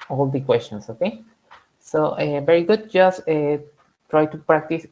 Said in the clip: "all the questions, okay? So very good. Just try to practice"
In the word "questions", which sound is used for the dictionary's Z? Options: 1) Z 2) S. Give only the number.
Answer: 2